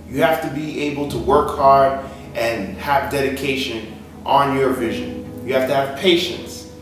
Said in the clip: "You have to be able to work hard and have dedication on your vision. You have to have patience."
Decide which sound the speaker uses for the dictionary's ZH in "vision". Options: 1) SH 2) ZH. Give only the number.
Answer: 2